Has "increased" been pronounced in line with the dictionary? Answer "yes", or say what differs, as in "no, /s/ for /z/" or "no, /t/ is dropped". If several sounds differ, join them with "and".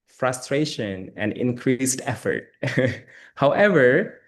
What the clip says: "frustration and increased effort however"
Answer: yes